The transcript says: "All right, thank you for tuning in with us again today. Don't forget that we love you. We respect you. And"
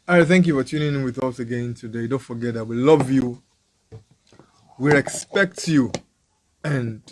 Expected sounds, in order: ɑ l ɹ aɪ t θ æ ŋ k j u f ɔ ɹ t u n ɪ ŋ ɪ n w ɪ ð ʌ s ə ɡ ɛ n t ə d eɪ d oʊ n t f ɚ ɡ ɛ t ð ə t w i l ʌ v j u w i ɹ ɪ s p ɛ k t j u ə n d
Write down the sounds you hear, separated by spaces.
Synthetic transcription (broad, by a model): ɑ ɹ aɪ θ æ ŋ k j u f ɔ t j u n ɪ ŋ w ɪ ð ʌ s ə ɡ ɛ n t ə d eɪ d oʊ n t f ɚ ɡ ɛ t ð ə t w i l ʌ v j u w i ɹ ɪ s p ɛ k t j u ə n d